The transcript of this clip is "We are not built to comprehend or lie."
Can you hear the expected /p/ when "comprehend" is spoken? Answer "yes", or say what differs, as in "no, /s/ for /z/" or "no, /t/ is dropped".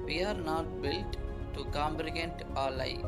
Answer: no, /b/ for /p/